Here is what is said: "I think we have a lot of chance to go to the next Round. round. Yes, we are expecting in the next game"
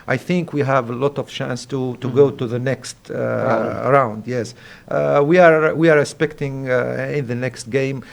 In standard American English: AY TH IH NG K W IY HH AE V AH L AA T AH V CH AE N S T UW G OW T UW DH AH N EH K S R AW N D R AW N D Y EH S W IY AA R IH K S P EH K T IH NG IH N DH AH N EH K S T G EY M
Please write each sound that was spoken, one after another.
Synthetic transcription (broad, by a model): AY TH IH NG K W IY HH AE V AH L AA T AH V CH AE N S T UW G OW T UW DH AH N EH K S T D R AW N D Y EH S W IY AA R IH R S P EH K T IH NG IH N DH AH N EH K S T G EY M